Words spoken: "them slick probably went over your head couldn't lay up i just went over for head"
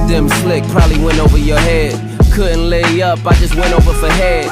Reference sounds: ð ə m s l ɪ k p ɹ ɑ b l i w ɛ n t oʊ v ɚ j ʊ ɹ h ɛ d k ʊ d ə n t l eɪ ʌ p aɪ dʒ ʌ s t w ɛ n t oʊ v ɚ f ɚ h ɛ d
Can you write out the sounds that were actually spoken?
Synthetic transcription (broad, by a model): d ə m s l ɪ k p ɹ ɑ l i w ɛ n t oʊ v ɚ j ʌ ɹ h ɛ d k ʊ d n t l eɪ ʌ p aɪ dʒ ʌ s t w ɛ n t oʊ v ɚ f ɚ h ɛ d